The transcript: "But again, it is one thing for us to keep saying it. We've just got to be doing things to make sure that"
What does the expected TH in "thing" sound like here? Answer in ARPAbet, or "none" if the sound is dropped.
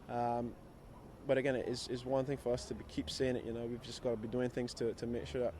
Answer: TH